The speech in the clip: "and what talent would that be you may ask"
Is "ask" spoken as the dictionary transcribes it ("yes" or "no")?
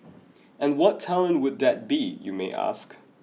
yes